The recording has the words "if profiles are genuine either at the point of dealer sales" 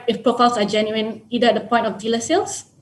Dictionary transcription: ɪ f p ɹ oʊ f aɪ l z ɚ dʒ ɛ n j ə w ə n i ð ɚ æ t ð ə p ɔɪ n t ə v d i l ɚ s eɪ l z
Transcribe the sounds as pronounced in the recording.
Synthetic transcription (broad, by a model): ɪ f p ɹ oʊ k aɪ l s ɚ dʒ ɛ n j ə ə n i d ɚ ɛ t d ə p ɔɪ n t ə f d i l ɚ s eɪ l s